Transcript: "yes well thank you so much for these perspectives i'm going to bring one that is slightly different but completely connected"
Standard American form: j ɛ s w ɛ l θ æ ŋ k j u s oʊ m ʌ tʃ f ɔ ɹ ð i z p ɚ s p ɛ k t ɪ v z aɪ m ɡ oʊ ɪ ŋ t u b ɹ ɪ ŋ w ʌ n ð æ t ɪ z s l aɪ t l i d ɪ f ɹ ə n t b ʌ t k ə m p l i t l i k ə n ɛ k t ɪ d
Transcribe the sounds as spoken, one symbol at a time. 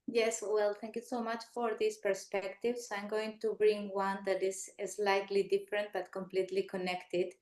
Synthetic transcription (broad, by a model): j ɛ s w ɛ l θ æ ŋ k j u s oʊ m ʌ tʃ f ɔ ɹ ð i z p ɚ s p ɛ k t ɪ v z aɪ m ɡ oʊ ɪ ŋ t u b ɹ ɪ ŋ w ʌ n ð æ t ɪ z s l aɪ t l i d ɪ f ɹ ə n t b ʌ t k ə m p l i t l i k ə n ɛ k t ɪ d